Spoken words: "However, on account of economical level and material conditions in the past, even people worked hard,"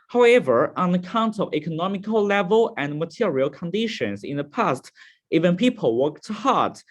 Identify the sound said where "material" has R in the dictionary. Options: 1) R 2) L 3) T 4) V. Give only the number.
1